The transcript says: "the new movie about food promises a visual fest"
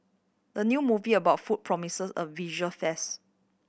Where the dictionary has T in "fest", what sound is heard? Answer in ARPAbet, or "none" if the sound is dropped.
none